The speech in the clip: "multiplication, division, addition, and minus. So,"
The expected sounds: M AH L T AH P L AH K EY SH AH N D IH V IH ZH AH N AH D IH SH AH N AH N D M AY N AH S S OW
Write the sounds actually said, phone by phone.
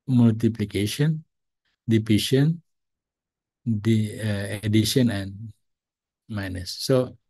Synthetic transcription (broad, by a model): M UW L T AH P L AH K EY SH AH N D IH P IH SH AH N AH D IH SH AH N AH N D M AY N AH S S OW